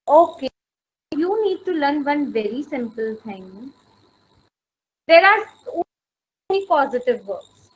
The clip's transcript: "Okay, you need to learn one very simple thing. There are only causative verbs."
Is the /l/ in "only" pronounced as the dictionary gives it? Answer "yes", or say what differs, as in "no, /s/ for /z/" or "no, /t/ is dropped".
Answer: no, /l/ is dropped